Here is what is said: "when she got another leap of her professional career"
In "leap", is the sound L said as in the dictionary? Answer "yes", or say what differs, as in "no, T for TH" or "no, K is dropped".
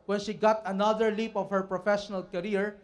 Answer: yes